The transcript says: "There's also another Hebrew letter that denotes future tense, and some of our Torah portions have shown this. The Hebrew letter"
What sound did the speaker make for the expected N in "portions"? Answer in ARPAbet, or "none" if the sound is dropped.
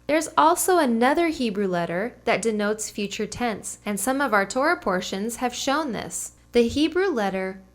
N